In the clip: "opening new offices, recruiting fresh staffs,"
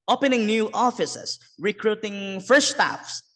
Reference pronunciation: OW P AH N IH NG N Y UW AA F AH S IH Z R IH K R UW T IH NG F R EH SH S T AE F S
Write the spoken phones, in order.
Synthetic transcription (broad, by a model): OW P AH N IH NG N Y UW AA F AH S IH S R IH K R UW T IH NG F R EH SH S T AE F S